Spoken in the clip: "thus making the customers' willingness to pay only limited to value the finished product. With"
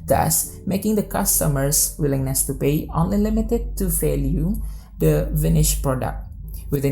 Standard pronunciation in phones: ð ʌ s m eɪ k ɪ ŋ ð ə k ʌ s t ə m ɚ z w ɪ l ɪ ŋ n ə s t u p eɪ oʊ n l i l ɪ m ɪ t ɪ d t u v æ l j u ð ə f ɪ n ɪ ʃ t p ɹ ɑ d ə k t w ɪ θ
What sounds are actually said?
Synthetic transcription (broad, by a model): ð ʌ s m eɪ k ɪ ŋ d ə k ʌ s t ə m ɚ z w ɪ l ɪ ŋ n ə s t u p eɪ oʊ n l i l ɪ m ɪ t ɪ d t u f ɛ l j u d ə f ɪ n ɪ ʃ p ɹ ɑ d ə k t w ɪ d